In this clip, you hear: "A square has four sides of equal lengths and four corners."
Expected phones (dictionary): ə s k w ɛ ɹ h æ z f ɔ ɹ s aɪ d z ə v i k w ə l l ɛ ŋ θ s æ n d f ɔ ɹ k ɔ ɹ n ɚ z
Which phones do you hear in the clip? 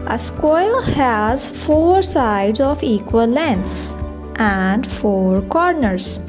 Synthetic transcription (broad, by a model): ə s k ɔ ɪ l h æ z f ɔ ɹ s aɪ d z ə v i k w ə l l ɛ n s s æ n d f ɔ ɹ k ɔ ɹ n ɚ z